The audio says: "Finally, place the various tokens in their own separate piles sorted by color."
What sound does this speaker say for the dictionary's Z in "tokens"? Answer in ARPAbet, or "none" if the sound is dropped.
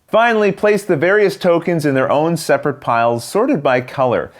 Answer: Z